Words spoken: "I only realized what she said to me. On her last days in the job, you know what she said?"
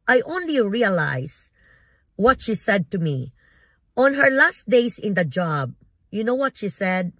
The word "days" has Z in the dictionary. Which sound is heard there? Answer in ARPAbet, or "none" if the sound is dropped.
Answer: S